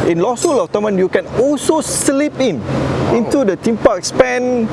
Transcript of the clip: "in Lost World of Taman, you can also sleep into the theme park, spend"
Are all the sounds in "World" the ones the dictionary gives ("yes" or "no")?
no